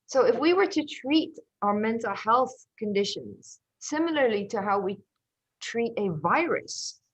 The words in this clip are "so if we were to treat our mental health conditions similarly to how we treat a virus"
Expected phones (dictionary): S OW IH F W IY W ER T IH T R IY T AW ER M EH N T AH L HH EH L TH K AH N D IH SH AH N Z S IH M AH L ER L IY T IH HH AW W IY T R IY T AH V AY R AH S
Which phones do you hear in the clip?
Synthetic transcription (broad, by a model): S OW IH F W IY W ER T IH T R IY T AW ER M EH N T AH L HH EH L TH K AH N D IH SH AH N Z S IH M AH L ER L IY T IH HH AW W IY T R IY T AH V AY R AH S